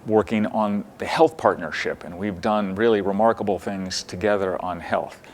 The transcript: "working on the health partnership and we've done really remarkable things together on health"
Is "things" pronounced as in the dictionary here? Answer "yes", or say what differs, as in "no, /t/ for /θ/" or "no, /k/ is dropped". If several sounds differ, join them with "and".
yes